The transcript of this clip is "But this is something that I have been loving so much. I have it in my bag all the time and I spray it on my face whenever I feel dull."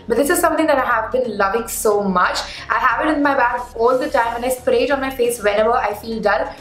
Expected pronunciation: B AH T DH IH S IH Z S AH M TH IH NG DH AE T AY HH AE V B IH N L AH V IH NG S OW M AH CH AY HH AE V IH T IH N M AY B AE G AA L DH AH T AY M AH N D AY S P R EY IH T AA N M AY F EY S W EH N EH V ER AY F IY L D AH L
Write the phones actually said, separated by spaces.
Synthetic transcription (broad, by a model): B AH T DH IH S IH Z S AH M T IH NG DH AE T AY HH AE V B IH N L AH V IH NG S OW M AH CH AY HH AE V IH T IH N M AY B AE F AA L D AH T AY M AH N AY S P R EY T AA N M AY F EY S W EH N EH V ER AY F IY L D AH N